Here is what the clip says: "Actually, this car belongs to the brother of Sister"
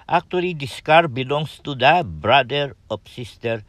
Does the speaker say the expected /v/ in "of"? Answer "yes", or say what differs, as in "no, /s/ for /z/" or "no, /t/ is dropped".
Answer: no, /p/ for /v/